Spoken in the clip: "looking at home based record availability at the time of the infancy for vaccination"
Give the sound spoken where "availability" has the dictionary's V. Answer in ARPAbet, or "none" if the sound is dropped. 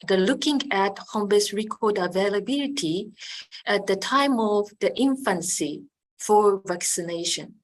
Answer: V